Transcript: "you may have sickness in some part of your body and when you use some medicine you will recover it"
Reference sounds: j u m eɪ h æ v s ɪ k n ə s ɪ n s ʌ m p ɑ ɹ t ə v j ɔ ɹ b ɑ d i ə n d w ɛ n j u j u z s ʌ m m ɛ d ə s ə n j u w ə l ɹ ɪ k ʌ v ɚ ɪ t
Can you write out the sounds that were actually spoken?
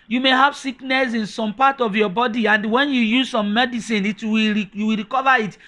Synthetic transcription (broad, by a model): j u m eɪ h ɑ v s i k n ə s ɪ n s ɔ m p ɑ t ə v j ɔ b ɑ d i ə n d w ɛ n j u j u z s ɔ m m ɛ d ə s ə n j u w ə w ɹ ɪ k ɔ v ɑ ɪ t